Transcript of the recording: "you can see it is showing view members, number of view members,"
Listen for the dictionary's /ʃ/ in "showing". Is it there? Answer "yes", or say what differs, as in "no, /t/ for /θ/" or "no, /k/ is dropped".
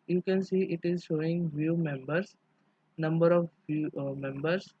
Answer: yes